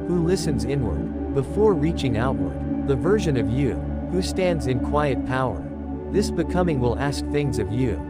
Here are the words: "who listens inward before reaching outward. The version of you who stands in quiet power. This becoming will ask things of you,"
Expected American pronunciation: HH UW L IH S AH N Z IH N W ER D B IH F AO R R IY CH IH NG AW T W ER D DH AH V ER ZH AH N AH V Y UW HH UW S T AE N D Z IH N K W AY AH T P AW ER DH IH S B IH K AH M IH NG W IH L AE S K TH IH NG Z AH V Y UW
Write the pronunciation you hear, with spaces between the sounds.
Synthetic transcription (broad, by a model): HH UW L IH S AH N Z IH N W ER D B IH F AO R R IY CH IH NG AW T W ER D DH AH V ER ZH AH N AH V Y UW HH UW S T AE N D Z IH N K W AY AH T P AW ER DH IH S B IH K AH M IH NG W IH L AE S K TH IH NG Z AH V Y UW